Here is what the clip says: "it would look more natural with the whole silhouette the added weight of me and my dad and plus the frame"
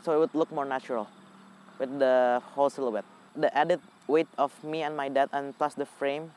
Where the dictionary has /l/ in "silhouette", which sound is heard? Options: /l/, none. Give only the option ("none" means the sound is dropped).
/l/